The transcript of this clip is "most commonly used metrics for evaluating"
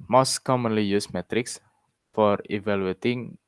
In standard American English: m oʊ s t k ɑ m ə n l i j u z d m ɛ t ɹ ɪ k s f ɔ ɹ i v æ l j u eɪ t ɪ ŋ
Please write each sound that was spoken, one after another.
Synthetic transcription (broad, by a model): m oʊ s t k ɑ m ə n l i j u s m ɛ t ɹ ɪ k s f ɔ ɹ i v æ l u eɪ t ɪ ŋ